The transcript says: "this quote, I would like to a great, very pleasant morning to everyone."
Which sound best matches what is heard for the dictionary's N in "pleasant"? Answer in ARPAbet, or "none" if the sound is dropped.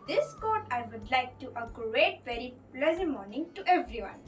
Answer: none